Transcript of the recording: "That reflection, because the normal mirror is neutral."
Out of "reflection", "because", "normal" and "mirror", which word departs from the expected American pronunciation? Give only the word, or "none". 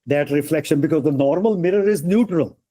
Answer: none